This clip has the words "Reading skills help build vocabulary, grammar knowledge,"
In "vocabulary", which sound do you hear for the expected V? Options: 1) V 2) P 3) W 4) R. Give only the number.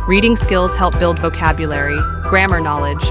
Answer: 1